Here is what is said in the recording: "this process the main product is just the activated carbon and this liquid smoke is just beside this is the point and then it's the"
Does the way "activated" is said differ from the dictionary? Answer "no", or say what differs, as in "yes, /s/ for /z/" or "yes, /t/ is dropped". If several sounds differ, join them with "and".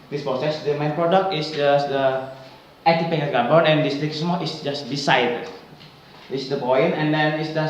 yes, /k/ is dropped and /p/ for /v/